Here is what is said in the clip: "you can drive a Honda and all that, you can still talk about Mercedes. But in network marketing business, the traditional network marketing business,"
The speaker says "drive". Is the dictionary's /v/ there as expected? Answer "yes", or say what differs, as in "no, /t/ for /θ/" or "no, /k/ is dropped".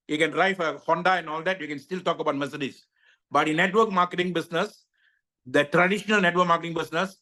no, /f/ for /v/